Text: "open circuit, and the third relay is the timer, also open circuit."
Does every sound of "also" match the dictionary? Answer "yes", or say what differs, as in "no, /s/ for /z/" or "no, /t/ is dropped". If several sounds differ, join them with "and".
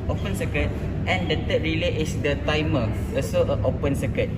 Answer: no, /l/ is dropped